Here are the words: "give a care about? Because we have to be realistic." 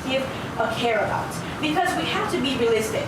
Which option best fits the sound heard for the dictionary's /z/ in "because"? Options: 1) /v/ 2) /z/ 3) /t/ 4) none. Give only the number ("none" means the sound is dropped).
2